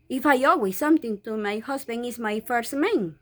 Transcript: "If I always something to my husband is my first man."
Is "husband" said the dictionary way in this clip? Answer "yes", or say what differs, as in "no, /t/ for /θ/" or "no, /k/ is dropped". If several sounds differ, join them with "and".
no, /d/ is dropped